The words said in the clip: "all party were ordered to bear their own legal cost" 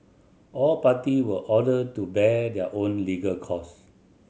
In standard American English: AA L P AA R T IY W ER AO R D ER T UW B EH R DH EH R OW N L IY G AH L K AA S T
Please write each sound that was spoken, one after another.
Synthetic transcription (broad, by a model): AA L P AA T IY W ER AO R D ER T UW B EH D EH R OW N L IY G AH L K AA S